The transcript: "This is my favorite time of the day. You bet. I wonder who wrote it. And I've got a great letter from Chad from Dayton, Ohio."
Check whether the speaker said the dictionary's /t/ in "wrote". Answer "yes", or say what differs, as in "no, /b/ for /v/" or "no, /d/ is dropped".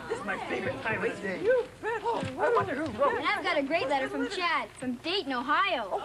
no, /t/ is dropped